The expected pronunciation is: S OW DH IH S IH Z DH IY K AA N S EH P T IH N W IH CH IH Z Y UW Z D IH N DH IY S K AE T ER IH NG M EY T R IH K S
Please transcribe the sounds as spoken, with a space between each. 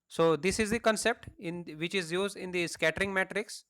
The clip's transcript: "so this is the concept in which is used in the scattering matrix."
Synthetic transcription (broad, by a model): S OW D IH S IH Z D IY K AA N S EH P T IH N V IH CH IH Z Y UW Z D IH N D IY S K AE T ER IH NG M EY T R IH K S